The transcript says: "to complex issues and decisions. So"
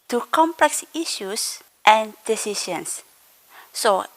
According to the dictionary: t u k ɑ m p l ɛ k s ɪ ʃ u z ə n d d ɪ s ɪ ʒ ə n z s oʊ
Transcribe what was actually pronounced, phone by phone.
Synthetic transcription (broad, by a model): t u k ɑ m p l ɛ k s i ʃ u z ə n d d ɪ s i ʃ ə n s s oʊ